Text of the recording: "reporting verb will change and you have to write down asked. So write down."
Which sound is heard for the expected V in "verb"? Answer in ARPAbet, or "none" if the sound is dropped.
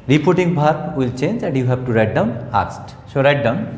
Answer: B